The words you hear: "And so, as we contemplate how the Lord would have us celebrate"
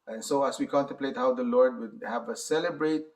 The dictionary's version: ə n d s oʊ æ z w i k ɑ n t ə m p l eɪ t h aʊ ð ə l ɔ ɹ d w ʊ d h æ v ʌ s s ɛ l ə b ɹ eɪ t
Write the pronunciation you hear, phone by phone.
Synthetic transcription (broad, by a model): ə n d s oʊ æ s w i k ɑ n t ə m p l eɪ t h aʊ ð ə l ɔ ɹ d w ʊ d h æ v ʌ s s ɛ l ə b ɹ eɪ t